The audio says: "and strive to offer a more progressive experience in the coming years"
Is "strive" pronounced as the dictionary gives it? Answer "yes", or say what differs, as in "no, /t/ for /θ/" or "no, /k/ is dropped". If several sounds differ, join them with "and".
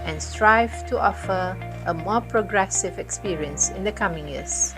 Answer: yes